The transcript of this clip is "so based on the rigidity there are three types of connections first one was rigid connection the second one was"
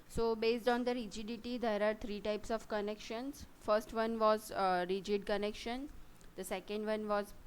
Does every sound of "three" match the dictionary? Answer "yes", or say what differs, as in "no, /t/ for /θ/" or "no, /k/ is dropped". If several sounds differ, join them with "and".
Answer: no, /t/ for /θ/